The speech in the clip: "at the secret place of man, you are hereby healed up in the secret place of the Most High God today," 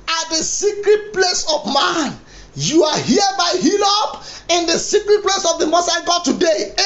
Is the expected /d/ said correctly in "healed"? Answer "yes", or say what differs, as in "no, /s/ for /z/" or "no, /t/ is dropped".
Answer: no, /d/ is dropped